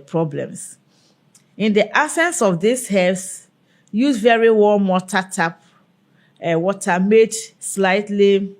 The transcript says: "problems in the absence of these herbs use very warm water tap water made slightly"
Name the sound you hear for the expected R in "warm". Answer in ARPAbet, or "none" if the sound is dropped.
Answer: L